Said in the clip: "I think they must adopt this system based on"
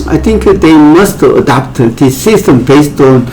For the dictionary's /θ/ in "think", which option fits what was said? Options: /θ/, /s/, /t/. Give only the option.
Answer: /t/